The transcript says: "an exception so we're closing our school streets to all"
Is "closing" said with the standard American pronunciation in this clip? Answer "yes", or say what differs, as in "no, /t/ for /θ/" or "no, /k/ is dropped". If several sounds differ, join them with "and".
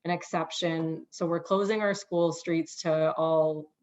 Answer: yes